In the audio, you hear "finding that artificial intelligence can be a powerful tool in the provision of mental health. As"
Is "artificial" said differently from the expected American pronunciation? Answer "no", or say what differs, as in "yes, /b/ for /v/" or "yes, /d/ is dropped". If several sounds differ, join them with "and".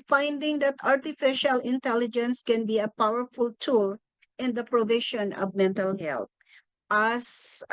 no